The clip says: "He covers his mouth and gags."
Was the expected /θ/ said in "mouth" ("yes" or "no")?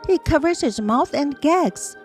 yes